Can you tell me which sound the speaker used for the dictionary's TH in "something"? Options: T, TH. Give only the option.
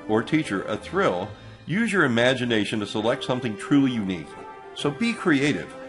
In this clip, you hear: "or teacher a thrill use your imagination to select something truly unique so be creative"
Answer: TH